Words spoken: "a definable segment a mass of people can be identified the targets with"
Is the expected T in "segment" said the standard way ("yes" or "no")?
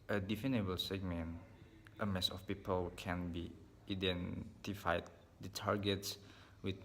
yes